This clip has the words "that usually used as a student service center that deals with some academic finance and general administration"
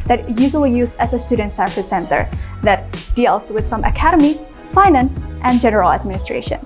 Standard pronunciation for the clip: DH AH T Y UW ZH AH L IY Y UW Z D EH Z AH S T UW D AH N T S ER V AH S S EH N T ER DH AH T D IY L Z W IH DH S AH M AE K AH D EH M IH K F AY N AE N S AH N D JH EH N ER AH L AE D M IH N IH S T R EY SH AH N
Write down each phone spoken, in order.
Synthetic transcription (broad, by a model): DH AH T Y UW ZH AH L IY Y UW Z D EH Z AH S T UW D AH N T S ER F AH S S EH N T ER DH AH T D IY L Z W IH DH S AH M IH K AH D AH M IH F AY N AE N S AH N JH EH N ER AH L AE D M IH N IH S T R EY SH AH N